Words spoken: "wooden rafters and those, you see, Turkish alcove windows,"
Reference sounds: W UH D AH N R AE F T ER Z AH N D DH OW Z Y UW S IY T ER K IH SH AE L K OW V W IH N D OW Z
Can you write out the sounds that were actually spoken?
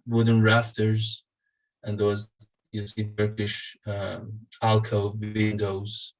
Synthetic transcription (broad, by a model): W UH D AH N R AE F T ER Z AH N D DH OW Z Y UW S IY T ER K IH SH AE L K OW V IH N D OW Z